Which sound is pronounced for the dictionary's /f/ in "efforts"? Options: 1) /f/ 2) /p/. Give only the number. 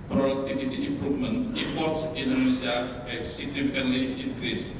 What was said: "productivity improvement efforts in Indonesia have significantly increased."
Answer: 2